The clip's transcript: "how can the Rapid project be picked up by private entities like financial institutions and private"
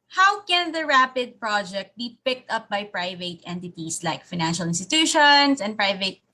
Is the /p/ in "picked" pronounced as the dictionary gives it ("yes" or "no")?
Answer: yes